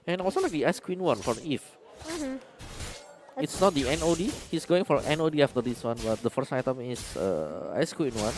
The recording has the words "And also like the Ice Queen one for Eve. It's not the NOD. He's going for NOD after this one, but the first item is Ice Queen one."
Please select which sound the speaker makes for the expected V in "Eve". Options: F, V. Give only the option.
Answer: F